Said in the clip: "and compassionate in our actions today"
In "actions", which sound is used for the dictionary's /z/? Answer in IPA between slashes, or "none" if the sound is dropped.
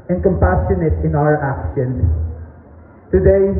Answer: none